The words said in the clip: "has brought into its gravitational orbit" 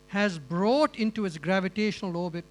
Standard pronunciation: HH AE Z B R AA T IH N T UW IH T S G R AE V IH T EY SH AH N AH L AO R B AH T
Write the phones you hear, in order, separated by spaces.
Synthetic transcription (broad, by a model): HH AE Z B R AA T IH N T UW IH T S G R AE V IH T EY SH AH N AH L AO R B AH T